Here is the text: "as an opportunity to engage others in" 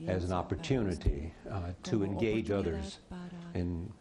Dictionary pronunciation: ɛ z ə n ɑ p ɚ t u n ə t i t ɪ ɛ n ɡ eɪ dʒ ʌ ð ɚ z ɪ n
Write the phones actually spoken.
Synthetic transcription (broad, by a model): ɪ z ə n ɑ p ɚ t u n ə t i t ɪ ɛ n ɡ eɪ dʒ ʌ ð ɚ z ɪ n